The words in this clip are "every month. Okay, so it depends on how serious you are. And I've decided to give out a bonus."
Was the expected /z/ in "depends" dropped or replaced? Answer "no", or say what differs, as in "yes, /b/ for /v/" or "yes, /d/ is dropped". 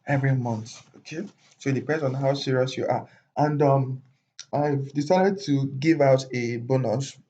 yes, /z/ is dropped